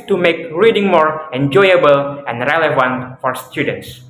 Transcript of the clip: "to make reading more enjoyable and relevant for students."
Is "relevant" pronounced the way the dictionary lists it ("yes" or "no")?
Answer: yes